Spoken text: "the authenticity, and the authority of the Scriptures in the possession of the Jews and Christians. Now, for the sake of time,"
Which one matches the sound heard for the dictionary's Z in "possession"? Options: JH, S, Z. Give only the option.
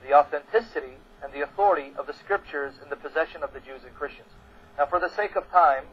Z